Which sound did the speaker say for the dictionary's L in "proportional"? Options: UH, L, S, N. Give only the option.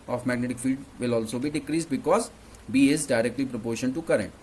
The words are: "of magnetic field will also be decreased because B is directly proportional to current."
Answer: N